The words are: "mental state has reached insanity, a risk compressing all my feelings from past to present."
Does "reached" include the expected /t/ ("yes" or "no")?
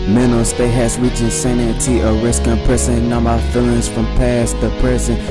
no